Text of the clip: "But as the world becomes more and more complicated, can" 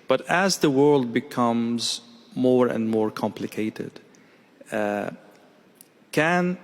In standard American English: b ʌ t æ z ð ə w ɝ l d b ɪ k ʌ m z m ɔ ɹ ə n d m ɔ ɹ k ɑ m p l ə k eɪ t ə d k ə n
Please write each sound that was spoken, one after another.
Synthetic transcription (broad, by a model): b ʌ t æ z ð ə w ɝ l d b ɪ k ʌ m z m ɔ ɹ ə n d m ɔ ɹ k ɑ m p l ə k eɪ t ə d k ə n